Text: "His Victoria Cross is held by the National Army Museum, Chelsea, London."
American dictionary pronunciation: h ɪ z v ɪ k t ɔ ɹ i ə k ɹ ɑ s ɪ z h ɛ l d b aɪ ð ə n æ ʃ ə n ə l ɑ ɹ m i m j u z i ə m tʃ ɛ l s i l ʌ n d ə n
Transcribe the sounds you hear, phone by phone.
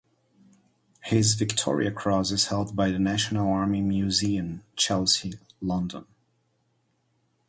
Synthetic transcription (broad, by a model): h ɪ z v ɪ k t ɔ ɹ i ə k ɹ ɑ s ɪ z h ɛ l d b aɪ ð ə n æ ʃ ə n ə l ɑ ɹ m i m j u z i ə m tʃ ɛ l s i l ʌ n d ə n